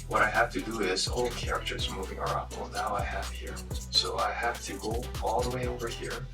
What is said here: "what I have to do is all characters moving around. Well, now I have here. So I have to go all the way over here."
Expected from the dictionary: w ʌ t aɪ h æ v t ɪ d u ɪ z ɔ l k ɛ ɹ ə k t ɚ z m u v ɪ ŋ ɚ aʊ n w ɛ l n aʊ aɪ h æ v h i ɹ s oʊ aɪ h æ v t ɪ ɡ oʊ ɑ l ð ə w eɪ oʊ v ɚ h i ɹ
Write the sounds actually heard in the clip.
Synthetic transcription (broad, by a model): w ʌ t aɪ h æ f t ɪ d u ɪ z ɔ l k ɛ ɹ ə k t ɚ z m u v ɪ ŋ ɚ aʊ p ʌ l n aʊ aɪ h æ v h i ɹ s oʊ aɪ h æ f t ɪ ɡ oʊ ɑ l ð ə w eɪ oʊ v ɚ h i ɹ